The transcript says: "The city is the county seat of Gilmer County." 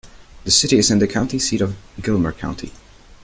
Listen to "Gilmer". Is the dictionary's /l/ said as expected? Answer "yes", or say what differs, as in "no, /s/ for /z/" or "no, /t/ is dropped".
yes